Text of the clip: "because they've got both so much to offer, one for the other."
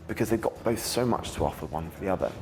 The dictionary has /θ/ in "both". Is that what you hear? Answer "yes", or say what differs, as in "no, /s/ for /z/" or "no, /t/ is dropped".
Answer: yes